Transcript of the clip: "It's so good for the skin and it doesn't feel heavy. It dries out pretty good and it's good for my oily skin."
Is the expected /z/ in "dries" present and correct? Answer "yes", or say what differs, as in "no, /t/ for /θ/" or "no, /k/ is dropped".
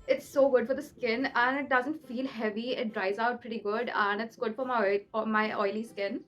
yes